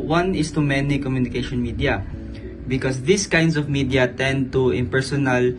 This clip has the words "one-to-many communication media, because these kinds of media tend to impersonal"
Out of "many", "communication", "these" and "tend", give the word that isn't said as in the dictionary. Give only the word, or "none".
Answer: these